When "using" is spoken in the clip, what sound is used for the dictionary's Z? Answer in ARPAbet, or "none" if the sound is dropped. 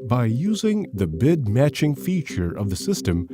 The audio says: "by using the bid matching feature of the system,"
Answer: Z